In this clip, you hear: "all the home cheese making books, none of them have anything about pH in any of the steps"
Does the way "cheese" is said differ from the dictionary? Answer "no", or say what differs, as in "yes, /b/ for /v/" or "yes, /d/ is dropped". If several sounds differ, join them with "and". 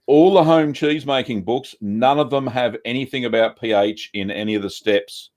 no